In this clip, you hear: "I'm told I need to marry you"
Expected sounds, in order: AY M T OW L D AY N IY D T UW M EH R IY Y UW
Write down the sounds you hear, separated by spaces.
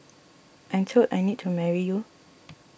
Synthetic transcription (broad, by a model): AY M T OW D AY N IY D T UW M EH R IY Y UW